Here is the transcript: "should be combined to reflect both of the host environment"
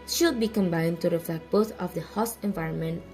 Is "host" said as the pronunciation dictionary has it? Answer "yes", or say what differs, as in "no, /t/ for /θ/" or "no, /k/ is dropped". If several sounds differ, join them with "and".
no, /t/ is dropped